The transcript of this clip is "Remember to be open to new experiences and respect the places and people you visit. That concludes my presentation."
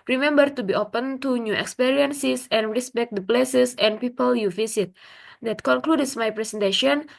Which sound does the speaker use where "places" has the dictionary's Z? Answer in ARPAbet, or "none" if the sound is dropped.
S